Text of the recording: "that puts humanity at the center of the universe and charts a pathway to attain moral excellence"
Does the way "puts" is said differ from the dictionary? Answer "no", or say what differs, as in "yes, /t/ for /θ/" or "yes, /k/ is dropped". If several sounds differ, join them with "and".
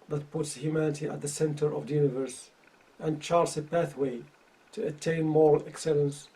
no